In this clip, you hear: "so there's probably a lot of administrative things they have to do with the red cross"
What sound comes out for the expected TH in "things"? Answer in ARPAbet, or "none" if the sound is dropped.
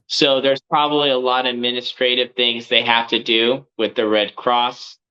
TH